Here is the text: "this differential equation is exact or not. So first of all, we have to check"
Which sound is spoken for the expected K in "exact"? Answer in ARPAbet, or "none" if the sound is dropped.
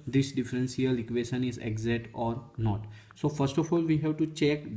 none